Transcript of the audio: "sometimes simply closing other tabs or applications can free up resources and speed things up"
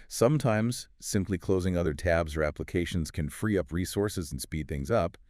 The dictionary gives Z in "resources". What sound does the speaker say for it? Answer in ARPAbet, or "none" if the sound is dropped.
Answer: Z